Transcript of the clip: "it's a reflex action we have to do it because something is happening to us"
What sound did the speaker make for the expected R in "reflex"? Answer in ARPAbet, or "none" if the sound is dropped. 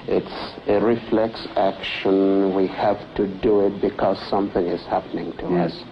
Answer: R